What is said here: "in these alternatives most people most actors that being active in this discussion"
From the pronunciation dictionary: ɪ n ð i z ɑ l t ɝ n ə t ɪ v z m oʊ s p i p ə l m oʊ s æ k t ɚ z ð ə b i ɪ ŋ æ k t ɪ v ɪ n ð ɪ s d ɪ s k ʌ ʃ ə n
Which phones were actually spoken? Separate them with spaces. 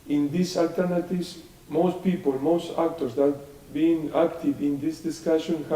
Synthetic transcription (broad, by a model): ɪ n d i s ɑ l t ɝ n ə t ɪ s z m oʊ s p i p ə l m oʊ s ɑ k t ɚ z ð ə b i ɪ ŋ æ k t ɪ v ɪ n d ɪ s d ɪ s k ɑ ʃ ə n